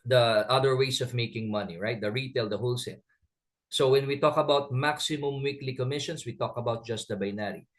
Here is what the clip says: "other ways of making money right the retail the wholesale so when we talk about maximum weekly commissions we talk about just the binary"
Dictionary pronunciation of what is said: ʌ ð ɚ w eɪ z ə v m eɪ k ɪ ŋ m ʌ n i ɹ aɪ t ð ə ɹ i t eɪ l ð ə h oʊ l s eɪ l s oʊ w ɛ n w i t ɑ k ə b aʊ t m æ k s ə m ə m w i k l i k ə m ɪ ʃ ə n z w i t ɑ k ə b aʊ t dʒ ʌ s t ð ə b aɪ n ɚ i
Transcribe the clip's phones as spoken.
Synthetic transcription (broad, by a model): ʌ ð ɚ w eɪ s ə v m eɪ k ɪ ŋ m ʌ n i ɹ aɪ t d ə ɹ i t eɪ l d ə h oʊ l s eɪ n s oʊ w ɛ n w i t ɑ k ə b aʊ t m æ k s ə m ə m w i k l i k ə m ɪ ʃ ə n s w i t ɑ k ə b aʊ t dʒ ʌ s t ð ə b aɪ n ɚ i